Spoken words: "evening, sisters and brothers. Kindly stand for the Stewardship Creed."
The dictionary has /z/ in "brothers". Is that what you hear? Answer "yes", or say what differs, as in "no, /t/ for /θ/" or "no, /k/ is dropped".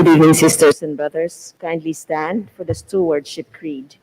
no, /s/ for /z/